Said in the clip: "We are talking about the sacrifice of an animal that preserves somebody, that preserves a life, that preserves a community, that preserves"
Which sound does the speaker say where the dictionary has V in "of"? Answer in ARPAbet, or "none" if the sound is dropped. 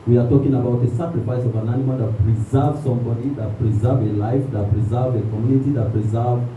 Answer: V